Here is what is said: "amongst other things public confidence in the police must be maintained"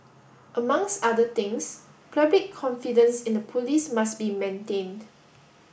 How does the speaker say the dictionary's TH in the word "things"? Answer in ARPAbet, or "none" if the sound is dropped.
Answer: T